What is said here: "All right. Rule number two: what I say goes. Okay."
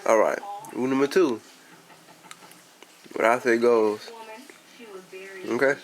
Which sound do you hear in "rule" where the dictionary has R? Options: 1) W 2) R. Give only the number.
1